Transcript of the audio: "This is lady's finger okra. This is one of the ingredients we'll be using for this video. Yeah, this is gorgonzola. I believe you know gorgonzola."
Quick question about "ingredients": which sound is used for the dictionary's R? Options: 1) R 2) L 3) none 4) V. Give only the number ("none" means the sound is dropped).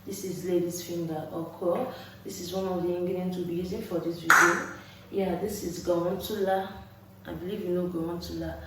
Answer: 3